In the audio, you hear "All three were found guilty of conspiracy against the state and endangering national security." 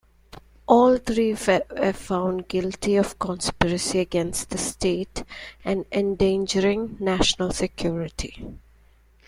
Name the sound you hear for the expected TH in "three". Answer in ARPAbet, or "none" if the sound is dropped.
T